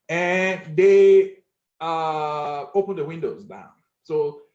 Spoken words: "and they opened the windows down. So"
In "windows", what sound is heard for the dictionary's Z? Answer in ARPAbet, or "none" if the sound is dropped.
Z